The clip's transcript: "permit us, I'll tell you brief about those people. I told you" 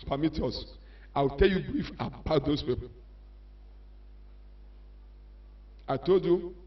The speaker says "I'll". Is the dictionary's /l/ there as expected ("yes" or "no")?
no